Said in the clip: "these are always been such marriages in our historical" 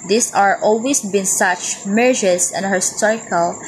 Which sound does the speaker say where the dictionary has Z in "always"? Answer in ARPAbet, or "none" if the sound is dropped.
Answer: S